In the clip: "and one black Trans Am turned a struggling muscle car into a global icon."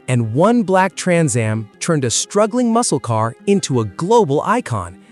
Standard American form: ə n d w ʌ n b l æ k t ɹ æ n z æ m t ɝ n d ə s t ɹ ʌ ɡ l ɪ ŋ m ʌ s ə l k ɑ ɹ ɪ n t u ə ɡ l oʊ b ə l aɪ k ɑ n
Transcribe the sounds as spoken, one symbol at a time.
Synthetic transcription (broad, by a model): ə n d w ʌ n b l æ k t ɹ æ n z æ m t ɝ n d ə s t ɹ ʌ ɡ l ɪ ŋ m ʌ s l k ɑ ɹ ɪ n t u ə ɡ l oʊ b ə l aɪ k ɑ n